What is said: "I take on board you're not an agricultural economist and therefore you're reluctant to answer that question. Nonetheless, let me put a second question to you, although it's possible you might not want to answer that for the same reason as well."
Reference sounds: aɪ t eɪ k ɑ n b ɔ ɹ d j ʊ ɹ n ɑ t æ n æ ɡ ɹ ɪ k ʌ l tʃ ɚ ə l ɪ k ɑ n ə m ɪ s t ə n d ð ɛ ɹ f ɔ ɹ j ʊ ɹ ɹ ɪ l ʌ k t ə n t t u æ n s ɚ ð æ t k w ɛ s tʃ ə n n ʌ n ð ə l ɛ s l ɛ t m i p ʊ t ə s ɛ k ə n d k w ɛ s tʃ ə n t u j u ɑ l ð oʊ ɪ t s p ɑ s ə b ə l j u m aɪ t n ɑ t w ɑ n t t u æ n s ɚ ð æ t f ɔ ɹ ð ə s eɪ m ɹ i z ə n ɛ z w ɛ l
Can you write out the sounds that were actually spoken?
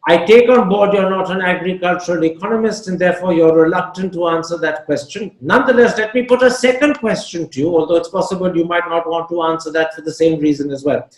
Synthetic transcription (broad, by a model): aɪ t eɪ k ɑ n b ɔ ɹ d j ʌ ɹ n ɑ t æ n æ ɡ ɹ ɪ k ʌ l tʃ ɚ ə l ɪ k ɑ n ə m ɪ s t ə n d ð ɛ ɹ f ɔ ɹ j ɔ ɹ ɹ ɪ l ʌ k t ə n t t u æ n s ɚ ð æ t k w ɛ s tʃ ə n n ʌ n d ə l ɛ s l ɛ t m i p ʊ t ə s ɛ k ə n d k w ɛ s tʃ ə n t u j u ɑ l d oʊ ɪ t s p ɑ s ə b ə l j u m aɪ t n ɑ t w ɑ n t t u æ n s ɚ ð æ t f ɔ ɹ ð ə s eɪ m ɹ i z ə n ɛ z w ɛ l